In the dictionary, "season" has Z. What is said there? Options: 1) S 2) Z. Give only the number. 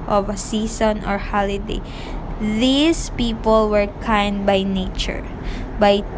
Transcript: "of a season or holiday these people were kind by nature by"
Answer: 1